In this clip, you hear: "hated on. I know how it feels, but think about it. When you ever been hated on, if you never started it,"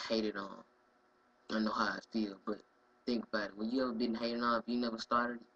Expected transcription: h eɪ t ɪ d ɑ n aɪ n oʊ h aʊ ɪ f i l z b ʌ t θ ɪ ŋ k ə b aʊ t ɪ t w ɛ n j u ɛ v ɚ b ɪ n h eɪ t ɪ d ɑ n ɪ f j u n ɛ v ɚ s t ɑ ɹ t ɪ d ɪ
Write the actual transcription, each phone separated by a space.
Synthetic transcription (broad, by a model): h eɪ t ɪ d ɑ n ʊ n oʊ h aʊ ɪ f i l b ʌ t θ ɪ ŋ k ə b aʊ t ɪ t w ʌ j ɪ ɛ v ɚ b ɪ n h eɪ t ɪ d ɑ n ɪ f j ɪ n ɛ v ɚ s t ɑ ɹ t ɪ d